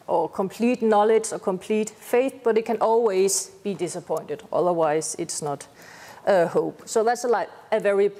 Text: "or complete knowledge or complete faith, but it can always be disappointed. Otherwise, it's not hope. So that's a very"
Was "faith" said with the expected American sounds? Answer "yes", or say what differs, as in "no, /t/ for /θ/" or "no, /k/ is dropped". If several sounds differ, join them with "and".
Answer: yes